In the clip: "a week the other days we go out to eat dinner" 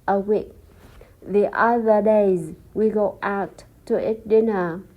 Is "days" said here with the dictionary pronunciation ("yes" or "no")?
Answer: yes